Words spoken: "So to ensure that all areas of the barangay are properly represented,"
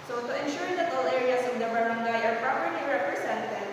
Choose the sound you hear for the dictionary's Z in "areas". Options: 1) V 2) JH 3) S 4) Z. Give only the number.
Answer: 3